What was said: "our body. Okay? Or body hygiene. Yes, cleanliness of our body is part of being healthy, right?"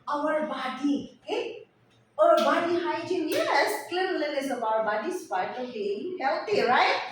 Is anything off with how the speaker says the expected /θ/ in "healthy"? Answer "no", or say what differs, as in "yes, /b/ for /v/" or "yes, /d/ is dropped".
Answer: yes, /t/ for /θ/